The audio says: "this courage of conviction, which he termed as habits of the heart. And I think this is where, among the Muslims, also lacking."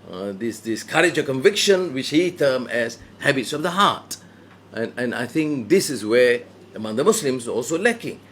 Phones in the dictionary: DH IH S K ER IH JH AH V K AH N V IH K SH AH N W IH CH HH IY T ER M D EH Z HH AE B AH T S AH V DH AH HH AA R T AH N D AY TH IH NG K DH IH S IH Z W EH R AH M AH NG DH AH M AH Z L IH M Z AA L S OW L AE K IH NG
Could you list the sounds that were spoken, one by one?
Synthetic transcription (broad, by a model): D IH S K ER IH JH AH K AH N V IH K SH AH N W IH CH HH IY T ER M EH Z HH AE B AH T S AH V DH AH HH AA T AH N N AY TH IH NG K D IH S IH S W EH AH M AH NG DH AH M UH S L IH M S AA L S OW L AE K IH NG